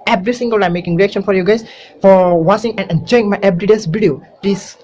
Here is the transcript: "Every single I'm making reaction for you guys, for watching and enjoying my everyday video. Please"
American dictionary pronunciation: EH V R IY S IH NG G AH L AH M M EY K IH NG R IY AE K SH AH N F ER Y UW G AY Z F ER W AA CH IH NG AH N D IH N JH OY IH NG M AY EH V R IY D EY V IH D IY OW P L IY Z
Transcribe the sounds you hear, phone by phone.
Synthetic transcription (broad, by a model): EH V R IY S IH NG G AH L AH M M EY K IH NG R IY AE K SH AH N F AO Y UW G AY S F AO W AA S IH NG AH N IH N JH OY IH NG M AY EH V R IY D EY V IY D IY OW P L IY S